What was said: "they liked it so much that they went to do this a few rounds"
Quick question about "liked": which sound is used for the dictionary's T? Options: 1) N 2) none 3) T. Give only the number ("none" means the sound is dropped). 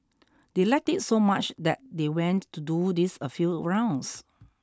3